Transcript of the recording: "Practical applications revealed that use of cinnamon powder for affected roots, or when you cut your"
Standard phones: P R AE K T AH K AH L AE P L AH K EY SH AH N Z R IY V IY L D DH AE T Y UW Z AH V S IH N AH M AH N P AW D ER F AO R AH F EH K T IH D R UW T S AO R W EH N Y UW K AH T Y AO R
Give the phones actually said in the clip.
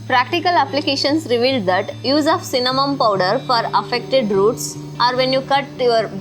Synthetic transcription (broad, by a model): P R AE K T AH K AH L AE P L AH K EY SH AH N S R IY V IY L D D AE T Y UW Z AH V S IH N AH M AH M P AW D ER F AO R AH F EH K T IH D R UW T S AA R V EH N Y UW K AH T Y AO R